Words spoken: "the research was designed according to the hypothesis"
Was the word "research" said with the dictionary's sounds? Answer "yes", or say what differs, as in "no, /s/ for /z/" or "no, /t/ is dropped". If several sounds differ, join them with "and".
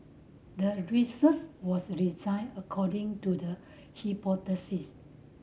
no, /s/ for /tʃ/